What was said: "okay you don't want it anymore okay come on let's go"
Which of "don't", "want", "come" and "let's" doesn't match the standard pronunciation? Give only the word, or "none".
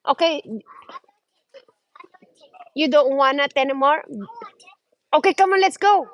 want